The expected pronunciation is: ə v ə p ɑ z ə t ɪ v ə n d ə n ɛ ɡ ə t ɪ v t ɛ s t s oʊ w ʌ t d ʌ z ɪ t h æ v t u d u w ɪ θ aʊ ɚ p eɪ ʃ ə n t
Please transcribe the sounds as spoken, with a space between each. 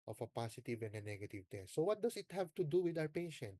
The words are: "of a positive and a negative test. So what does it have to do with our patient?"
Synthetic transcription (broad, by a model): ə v ə p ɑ s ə t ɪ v ə n d ə n ɛ ɡ ə t ɪ v t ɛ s s oʊ w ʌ t d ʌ s ɪ t h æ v t u d u w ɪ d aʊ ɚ p eɪ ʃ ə n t